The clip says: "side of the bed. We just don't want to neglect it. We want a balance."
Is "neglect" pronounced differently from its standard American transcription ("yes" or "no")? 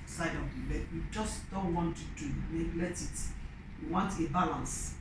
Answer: yes